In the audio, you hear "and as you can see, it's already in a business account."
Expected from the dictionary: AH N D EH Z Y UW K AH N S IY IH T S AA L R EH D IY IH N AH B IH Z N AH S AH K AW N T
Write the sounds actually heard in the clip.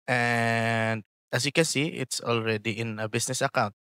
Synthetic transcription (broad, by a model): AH N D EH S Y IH K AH S IY IH T S AA L R EH D IY IH N AH B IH S N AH S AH K AW N T